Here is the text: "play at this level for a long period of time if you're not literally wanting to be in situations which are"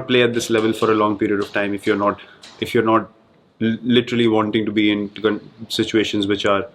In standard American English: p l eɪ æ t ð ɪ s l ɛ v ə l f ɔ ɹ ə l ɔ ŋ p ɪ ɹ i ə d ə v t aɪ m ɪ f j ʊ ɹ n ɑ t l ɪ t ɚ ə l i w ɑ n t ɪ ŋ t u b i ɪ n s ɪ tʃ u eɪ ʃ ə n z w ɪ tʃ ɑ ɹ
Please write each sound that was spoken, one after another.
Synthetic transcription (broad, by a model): p l eɪ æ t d ɪ s l ɛ v ə l f ɔ ɹ ə l ɔ ŋ p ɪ ɹ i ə d ə v t aɪ m ɪ f j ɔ ɹ n ɑ t l ɪ t ɚ ə l i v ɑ n t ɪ ŋ t u b i ɪ n s ɪ tʃ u eɪ ʃ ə n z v ɪ tʃ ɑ ɹ